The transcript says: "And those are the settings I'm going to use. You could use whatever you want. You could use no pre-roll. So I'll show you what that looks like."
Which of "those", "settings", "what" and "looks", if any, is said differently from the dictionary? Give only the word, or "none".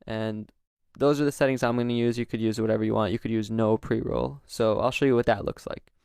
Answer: none